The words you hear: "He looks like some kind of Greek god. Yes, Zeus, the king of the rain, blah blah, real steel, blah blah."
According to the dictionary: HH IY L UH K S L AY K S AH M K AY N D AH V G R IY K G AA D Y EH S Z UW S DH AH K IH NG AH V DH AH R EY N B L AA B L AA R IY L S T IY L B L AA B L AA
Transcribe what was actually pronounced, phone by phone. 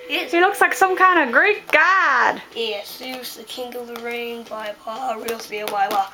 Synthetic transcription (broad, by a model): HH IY L UH K S L AY K S AH M K AY N D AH G R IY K G AA D Y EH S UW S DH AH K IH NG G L DH AH R EY N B AA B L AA R IY L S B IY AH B AA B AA